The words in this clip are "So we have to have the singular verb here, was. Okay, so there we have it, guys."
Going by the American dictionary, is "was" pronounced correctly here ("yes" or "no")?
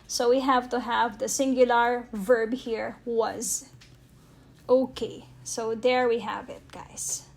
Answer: yes